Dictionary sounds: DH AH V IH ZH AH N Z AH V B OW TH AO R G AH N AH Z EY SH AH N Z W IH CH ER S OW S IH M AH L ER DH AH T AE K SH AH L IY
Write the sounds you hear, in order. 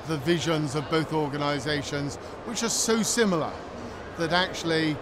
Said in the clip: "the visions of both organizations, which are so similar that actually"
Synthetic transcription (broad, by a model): DH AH V IH ZH AH N Z AH V B OW TH AO R G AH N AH Z EY SH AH N Z W IH CH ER S OW S IH M L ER DH AH T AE K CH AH L IY